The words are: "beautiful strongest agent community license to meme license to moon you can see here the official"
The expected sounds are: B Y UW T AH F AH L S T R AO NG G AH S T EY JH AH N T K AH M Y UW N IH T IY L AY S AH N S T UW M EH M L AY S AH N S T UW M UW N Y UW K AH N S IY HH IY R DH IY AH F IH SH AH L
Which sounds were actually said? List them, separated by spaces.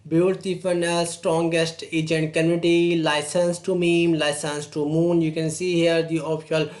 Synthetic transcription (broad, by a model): B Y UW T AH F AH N S T R AO NG G AH S T EY JH AH N T K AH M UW IH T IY L AY S AH N S T UW M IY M L AY S AH N S T UW M UW N Y UW K AH N S IY HH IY R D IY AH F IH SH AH L